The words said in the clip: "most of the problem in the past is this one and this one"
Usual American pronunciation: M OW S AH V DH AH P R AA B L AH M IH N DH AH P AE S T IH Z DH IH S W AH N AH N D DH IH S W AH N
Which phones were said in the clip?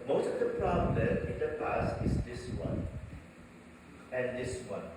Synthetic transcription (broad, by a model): M OW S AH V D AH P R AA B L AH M IH N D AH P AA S IH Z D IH S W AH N AH N D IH S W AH N